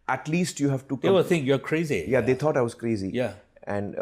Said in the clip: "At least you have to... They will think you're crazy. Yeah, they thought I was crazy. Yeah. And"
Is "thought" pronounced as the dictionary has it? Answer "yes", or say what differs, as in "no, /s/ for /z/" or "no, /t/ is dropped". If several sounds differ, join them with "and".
no, /t/ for /θ/